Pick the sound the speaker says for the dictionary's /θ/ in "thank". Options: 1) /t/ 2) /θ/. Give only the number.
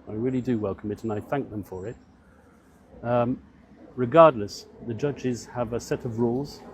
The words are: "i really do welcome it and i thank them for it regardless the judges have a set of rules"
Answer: 2